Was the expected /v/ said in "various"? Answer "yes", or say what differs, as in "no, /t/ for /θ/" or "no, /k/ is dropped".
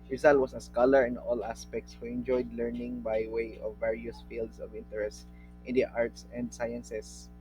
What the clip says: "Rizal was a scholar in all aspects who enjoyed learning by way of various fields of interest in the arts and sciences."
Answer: yes